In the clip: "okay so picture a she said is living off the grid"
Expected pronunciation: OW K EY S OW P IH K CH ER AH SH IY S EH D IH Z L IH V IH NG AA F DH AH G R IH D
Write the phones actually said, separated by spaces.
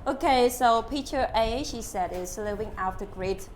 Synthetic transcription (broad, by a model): OW K EY S OW P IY CH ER AH SH IY S EH D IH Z L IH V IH NG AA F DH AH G R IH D